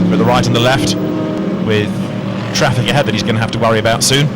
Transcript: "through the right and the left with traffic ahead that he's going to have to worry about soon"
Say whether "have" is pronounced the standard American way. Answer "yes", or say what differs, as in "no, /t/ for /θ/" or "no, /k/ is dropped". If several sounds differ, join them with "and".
no, /f/ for /v/